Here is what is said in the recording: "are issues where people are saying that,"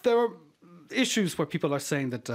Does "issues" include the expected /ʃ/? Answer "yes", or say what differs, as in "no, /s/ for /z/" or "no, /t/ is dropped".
yes